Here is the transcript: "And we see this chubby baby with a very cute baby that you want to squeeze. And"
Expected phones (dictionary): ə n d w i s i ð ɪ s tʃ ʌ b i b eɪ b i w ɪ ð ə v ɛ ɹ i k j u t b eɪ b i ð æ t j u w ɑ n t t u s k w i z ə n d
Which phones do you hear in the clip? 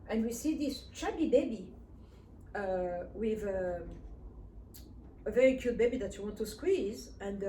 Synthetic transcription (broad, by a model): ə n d w i s i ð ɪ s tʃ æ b i b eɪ b i w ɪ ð ə v ɛ ɹ i k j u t b eɪ b i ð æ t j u w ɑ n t t u s k w i z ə n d